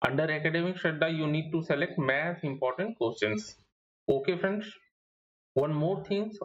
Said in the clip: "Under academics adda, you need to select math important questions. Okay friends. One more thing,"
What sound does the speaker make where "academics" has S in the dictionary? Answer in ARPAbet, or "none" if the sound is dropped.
SH